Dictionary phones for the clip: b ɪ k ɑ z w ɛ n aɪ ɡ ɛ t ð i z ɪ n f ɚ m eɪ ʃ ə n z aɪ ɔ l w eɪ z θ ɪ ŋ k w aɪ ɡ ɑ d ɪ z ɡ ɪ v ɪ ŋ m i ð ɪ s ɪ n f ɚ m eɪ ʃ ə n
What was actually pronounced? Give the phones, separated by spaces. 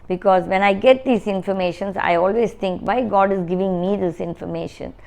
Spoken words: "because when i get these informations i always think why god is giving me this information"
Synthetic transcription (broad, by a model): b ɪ k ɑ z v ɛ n aɪ ɡ ɛ t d i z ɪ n f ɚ m eɪ ʃ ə n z aɪ ɔ l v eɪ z t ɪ ŋ k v aɪ ɡ ɑ d ɪ z ɡ ɪ v ɪ ŋ m i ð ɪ s ɪ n f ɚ m eɪ ʃ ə n